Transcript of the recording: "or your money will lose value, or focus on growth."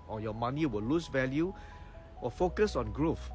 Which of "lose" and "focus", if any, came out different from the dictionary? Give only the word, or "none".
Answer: lose